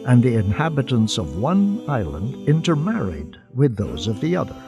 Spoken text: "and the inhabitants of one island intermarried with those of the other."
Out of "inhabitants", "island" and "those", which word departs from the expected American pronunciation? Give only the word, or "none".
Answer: none